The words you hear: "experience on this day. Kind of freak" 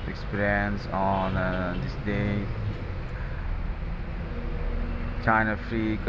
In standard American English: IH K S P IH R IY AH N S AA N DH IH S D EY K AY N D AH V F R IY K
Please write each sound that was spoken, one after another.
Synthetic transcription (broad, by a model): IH K S P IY R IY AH N S AA N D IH S D EY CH AY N AH F R IY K